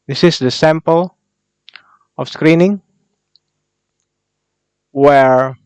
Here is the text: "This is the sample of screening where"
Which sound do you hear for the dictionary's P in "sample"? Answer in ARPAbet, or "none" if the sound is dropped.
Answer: P